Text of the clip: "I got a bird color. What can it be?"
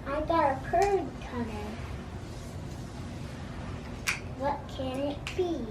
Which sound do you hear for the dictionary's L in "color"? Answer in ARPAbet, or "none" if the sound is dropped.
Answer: N